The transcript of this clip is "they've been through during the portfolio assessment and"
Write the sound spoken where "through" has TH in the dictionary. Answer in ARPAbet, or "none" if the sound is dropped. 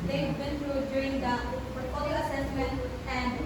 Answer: T